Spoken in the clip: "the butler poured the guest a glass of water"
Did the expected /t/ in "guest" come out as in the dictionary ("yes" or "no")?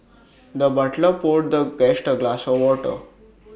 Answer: yes